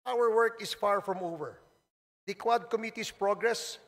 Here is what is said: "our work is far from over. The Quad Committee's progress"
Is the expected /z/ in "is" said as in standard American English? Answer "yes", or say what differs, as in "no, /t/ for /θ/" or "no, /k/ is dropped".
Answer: no, /s/ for /z/